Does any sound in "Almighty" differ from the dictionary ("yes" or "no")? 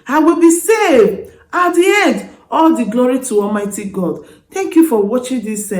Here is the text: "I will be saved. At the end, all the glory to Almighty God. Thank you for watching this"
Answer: no